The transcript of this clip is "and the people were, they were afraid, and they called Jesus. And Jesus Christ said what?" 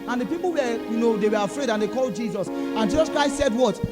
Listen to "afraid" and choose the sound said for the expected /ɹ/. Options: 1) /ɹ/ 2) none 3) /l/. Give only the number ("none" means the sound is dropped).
1